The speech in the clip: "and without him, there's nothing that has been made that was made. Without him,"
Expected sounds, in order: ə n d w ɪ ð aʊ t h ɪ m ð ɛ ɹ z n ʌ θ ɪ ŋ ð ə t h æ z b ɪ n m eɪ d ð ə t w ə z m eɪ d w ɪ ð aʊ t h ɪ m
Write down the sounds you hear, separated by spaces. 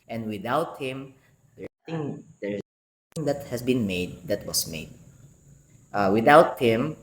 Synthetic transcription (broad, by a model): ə n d w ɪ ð aʊ t h ɪ m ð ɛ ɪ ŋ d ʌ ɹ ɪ ŋ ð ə t h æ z b ɪ n m eɪ d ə t w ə s m eɪ d w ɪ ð aʊ t h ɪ m